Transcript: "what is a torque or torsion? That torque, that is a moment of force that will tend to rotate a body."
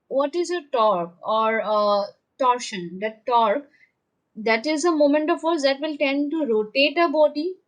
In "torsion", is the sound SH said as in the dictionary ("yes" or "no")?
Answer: yes